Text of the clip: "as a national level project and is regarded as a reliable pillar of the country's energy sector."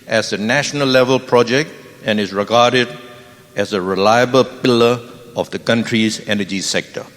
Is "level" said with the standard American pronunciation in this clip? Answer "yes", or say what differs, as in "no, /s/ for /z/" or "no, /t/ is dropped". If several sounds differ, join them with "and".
yes